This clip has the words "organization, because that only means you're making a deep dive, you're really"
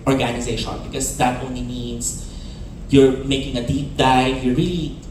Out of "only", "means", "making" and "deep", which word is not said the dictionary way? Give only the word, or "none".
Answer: means